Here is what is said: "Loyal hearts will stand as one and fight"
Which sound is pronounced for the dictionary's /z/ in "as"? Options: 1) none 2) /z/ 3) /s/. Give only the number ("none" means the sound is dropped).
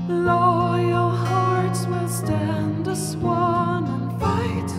3